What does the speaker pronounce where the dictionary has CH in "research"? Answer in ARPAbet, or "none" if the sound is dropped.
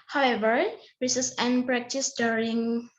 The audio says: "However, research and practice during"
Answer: S